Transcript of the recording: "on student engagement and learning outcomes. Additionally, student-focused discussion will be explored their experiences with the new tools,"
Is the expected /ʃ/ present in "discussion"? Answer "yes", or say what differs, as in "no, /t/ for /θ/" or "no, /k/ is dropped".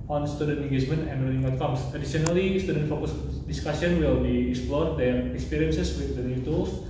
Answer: no, /s/ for /ʃ/